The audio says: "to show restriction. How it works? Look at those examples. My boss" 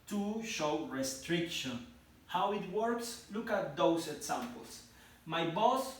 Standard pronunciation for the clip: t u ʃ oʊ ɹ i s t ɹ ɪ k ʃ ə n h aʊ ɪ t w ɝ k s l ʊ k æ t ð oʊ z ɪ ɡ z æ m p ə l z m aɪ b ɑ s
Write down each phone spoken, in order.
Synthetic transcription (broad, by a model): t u ʃ oʊ ɹ i s t ɹ ɪ k ʃ ə n h aʊ ɪ t w ɝ k s l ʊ k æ t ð oʊ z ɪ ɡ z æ m p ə l s m aɪ b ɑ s